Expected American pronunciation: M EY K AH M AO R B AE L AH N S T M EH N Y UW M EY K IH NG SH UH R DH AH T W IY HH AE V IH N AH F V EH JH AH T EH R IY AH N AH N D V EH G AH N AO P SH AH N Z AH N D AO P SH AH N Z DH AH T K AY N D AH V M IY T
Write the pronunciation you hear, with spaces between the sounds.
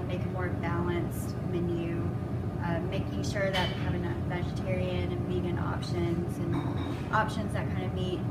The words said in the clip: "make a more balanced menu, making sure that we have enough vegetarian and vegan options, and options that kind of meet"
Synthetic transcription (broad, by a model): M EY K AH M AO R B AE L AH N S T M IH N Y UW M EY K IH NG SH UH R DH AH T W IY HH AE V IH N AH V EH JH AH T EH R IY AH N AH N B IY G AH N AO P SH AH N Z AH N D AO P SH AH N Z DH AH T K AY N D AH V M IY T